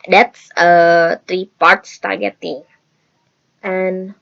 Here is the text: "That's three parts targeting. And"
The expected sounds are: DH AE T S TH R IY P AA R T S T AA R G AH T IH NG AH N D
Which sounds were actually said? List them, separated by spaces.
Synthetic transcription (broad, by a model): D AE T S T R IY P AA R T S T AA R G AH T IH NG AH N